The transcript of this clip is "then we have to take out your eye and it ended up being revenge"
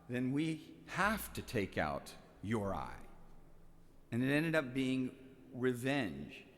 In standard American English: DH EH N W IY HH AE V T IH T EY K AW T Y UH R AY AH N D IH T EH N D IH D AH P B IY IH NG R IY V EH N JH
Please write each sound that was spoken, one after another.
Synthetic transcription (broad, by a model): DH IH N W IY HH AE F T IH T EY K AW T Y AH R AY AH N IH T EH N D IH D AH P B IY IH NG R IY V EH N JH